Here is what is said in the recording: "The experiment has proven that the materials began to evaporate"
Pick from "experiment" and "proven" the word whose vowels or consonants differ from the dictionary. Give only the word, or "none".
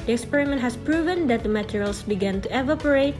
none